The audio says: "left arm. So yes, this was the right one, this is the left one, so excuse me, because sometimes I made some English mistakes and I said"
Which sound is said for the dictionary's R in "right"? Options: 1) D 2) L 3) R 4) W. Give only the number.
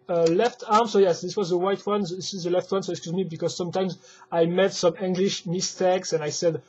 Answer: 4